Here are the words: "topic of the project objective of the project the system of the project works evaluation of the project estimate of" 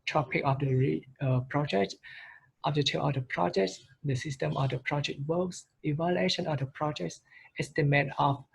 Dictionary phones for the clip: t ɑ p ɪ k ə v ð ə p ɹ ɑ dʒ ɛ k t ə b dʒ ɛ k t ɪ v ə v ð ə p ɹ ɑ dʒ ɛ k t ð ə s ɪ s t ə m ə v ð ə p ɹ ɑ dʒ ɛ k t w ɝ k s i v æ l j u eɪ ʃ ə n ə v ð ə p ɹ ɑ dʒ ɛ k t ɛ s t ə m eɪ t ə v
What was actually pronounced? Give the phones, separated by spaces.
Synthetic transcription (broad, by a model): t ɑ p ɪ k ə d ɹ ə p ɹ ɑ dʒ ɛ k t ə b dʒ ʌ t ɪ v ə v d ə p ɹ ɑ dʒ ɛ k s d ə s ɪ s t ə m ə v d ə p ɹ ɑ dʒ ɛ k t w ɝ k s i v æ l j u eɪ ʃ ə n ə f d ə p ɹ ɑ dʒ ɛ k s ɛ s t ə m eɪ t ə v